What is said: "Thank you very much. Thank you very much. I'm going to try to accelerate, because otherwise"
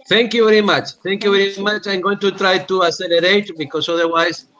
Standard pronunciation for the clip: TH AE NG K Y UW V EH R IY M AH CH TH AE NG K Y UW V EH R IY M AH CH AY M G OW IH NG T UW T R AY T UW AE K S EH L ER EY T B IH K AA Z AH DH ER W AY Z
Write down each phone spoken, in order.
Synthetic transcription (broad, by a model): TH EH NG K Y UW V EH R IY M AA CH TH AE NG K Y UW V EH R IY M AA CH AY M G OW IH NG T UW T R AY T UW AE S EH L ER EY T B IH K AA S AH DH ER W AY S